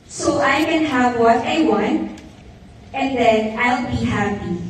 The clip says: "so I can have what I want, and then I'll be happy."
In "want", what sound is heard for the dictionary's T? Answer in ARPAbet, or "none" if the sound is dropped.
none